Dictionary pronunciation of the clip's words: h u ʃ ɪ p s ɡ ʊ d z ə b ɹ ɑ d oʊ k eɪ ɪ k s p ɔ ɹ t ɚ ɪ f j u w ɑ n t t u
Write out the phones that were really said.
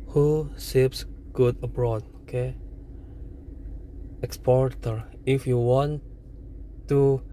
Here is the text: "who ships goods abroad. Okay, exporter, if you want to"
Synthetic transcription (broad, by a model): h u s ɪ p s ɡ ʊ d ə b ɹ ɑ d oʊ k eɪ ɪ k s p ɔ ɹ t ɚ ɪ f j u w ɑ n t t u